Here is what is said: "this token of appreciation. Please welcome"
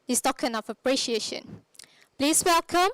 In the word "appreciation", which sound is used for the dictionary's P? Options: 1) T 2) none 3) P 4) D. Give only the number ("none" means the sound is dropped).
3